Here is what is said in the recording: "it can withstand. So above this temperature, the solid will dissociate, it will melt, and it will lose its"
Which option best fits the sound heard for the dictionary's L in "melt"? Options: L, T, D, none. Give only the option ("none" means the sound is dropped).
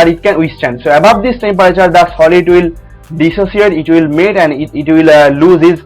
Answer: none